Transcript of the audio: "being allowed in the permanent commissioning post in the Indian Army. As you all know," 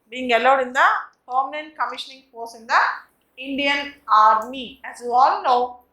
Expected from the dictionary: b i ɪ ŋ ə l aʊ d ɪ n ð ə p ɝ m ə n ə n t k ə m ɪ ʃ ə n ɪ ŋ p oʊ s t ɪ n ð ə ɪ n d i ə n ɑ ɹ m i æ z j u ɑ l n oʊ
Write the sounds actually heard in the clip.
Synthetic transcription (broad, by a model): b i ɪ ŋ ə l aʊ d ɪ n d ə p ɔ m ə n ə n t k ə m ɪ ʃ ə n ɪ ŋ f oʊ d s ɪ n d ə ɪ n d i ə n ɑ ɹ m i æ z j u ɑ l n oʊ